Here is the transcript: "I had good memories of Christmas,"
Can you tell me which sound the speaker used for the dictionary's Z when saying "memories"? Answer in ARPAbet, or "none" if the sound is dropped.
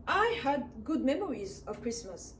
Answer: Z